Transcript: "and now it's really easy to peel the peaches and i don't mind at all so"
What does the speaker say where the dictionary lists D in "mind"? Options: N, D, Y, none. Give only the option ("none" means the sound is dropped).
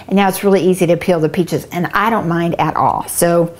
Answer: D